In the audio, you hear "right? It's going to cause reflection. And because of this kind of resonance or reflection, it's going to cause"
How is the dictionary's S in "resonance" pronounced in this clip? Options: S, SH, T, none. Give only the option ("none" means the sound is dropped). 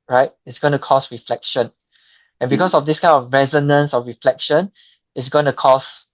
S